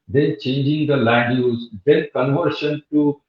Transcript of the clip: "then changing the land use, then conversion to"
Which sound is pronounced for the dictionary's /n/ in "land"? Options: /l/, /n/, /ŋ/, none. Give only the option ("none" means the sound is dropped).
none